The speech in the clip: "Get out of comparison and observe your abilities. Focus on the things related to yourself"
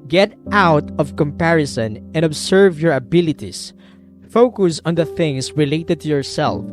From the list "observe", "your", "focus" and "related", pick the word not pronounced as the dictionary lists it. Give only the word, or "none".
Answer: observe